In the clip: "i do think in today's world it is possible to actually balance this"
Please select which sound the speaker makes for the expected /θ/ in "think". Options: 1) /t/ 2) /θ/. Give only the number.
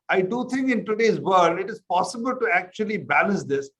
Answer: 1